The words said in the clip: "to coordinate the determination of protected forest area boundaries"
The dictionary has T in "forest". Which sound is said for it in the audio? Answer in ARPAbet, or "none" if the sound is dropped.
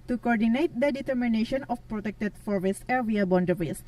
none